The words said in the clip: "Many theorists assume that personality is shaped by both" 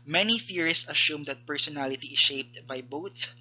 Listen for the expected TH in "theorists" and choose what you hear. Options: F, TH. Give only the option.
F